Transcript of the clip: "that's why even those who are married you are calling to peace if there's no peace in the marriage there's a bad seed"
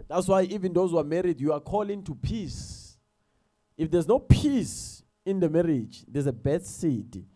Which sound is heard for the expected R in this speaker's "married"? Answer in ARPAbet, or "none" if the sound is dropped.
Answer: R